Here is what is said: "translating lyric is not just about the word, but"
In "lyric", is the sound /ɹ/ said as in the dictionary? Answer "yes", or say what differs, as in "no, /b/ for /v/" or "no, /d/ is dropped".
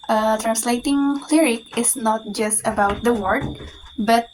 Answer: yes